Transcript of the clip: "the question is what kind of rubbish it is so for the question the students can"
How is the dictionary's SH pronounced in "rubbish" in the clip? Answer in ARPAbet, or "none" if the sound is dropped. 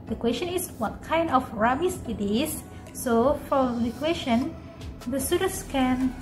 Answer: S